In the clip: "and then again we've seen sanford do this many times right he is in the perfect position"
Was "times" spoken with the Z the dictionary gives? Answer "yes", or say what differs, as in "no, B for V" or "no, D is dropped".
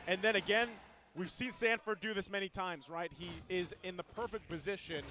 yes